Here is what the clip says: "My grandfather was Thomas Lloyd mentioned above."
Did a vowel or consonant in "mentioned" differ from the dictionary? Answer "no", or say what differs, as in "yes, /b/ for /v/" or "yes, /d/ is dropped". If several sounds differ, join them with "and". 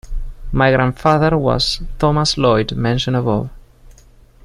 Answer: yes, /d/ is dropped